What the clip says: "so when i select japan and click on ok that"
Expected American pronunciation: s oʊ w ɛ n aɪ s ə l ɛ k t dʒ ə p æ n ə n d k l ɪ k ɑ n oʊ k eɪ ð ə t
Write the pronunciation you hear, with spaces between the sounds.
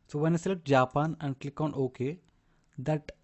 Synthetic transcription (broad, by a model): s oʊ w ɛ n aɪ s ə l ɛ t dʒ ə p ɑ n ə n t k l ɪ k ɑ n oʊ k eɪ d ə t